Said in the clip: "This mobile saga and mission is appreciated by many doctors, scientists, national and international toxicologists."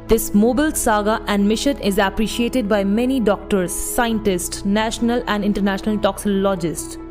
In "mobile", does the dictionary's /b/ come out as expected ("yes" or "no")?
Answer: yes